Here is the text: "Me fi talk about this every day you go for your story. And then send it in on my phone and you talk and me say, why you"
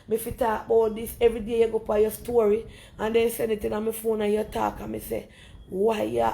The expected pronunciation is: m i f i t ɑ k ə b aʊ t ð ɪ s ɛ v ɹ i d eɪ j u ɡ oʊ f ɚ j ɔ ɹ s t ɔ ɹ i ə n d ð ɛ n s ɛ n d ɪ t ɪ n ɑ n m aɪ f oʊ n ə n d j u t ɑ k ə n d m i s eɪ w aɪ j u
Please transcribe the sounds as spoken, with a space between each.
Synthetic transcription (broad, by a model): m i f i t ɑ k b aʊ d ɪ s ɛ v ɹ i d eɪ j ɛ ɡ oʊ p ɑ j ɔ s t ɔ ɹ i ə n d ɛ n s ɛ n ɪ t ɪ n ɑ m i f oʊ n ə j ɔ t ɑ k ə m i s eɪ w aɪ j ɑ